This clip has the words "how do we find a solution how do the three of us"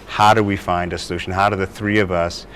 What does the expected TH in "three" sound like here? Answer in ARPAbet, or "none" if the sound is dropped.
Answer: TH